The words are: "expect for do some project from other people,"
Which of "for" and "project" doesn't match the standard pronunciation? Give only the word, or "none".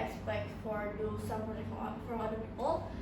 project